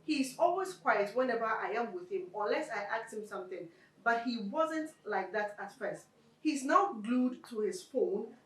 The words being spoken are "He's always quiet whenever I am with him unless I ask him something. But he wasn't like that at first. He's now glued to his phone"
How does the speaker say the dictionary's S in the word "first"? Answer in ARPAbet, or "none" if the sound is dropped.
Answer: S